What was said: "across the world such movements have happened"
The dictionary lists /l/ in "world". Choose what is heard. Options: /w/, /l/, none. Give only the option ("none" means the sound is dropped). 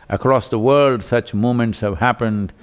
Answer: /l/